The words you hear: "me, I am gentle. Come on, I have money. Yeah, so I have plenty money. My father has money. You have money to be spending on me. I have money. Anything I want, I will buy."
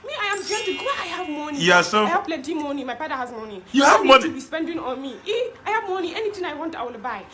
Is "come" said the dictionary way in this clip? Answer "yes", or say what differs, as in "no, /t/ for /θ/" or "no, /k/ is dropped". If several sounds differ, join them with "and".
no, /m/ is dropped